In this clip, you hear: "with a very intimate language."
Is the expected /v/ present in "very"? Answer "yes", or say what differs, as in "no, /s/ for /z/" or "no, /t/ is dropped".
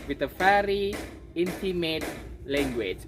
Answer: no, /f/ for /v/